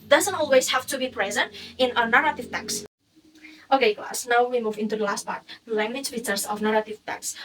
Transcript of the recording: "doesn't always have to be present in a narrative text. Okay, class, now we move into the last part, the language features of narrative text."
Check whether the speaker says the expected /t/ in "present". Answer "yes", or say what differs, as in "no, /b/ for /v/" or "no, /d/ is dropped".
yes